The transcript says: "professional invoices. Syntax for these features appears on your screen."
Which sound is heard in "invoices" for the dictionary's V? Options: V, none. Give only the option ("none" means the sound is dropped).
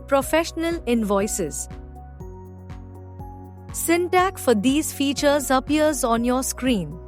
V